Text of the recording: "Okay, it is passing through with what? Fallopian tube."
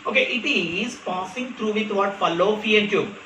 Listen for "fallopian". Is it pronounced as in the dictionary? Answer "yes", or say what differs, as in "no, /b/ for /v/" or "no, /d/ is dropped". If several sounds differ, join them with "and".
no, /f/ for /p/